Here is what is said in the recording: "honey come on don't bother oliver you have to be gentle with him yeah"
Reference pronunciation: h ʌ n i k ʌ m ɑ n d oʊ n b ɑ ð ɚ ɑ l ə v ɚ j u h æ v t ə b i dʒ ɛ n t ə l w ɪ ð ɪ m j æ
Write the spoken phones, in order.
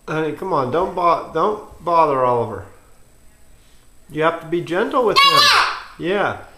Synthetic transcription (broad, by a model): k ʌ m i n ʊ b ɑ d oʊ n b ɑ ð ɚ ɑ l ə v ɚ j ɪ h æ f t ə b i dʒ ɛ n t l w ɪ ð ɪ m j æ